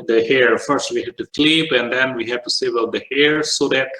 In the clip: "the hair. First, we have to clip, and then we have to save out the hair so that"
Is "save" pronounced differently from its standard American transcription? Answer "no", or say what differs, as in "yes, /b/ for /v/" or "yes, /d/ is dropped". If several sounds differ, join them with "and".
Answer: yes, /b/ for /v/